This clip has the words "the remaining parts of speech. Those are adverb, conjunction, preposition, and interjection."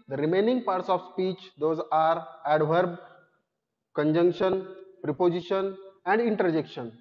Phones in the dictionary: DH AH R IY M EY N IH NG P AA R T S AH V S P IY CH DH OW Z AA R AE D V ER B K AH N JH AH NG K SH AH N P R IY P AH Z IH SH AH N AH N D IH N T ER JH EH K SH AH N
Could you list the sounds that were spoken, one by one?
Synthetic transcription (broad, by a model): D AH R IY M EY N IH NG P AA R T S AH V S P IY CH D OW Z AA R AE D V ER B K AH N JH AH NG K SH AH N P R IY P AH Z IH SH AH N AH N D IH N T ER JH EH K SH AH N